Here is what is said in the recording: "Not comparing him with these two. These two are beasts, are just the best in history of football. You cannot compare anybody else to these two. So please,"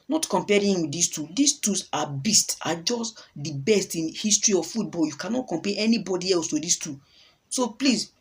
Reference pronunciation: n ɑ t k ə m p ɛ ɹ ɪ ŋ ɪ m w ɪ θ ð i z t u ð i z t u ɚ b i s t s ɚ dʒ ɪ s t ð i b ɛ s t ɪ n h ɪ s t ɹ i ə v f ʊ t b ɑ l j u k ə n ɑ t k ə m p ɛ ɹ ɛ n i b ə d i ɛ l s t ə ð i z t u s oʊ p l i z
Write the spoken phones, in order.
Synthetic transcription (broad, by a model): n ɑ t k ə m p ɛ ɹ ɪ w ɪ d i s t u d i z t u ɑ b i s t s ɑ dʒ ɪ s t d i b ɛ s t ɪ n h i s t ɹ i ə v f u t b ɑ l j u k ə n ɑ t k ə m p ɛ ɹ ɛ n i b ə d i ɛ l s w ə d i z t u s oʊ p l i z